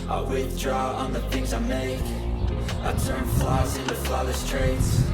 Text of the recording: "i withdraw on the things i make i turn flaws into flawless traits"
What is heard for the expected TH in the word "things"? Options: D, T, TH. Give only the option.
TH